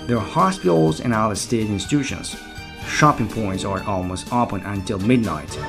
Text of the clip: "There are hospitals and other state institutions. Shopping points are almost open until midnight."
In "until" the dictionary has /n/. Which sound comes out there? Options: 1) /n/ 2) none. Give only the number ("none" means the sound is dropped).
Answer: 1